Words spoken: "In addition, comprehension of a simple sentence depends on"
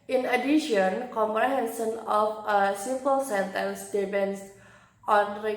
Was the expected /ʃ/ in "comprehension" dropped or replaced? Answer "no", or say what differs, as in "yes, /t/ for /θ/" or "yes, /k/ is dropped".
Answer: yes, /s/ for /ʃ/